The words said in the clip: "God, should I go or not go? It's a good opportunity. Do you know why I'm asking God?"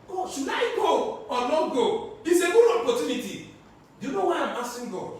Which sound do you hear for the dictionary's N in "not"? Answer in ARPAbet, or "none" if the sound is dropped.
L